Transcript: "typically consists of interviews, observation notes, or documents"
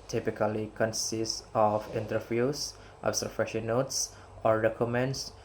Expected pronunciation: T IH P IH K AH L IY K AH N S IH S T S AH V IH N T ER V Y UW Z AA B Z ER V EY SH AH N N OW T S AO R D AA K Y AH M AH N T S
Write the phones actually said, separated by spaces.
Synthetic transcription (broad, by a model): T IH P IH K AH L IY K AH N S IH S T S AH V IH N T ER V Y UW S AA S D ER F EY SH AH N N OW T S AO R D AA K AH M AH N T S